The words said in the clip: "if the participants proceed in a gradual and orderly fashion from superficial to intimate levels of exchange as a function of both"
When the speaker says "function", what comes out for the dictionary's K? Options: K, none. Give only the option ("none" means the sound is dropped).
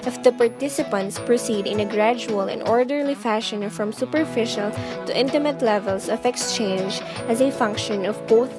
K